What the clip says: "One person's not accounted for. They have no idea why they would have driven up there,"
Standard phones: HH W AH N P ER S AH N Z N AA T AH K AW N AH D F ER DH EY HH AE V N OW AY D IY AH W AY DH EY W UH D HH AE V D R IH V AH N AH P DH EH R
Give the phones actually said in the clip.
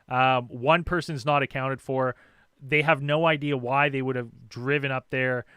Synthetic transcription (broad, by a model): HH W AH N P ER S AH N Z N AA T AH K AW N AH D F ER DH EY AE V N OW AY D IY AH W AY DH EY W UH D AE V D R IH V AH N AH P DH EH R